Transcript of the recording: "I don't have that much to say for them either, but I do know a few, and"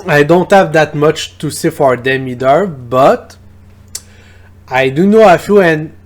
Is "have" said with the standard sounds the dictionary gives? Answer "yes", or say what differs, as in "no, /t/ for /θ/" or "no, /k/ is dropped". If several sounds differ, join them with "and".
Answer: yes